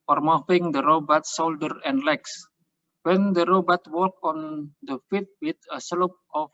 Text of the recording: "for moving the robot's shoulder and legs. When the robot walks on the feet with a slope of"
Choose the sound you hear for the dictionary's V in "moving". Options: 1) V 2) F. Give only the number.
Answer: 2